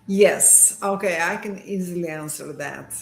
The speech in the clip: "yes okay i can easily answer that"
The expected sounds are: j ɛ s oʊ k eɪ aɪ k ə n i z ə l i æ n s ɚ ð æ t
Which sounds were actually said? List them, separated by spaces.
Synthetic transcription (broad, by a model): j ɛ s oʊ k eɪ aɪ k ə n i z ə l i æ n s ɚ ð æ t